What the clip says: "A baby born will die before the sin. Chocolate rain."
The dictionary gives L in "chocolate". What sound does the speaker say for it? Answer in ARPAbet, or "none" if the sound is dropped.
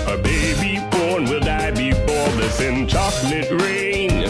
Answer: N